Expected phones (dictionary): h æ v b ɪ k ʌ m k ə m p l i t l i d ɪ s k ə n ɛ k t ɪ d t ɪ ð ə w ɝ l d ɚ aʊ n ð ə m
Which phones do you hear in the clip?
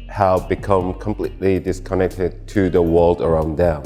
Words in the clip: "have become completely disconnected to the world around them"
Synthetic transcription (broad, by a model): h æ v b ɪ k ʌ m k ə m p l i t l i d ɪ s k ə n ɛ k t ɪ d t ɪ ð ə w ɝ l d ɚ aʊ n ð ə m